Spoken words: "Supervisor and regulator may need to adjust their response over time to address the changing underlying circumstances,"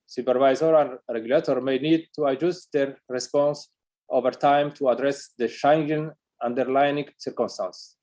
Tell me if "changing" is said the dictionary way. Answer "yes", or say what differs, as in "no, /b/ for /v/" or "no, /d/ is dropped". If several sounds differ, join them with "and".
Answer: no, /ʃ/ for /tʃ/